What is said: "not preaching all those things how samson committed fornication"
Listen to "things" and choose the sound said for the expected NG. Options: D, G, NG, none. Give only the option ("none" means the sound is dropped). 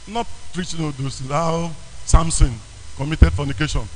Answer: none